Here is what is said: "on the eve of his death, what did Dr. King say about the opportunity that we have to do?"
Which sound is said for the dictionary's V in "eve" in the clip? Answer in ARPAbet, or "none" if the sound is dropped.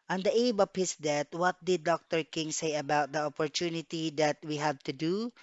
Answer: B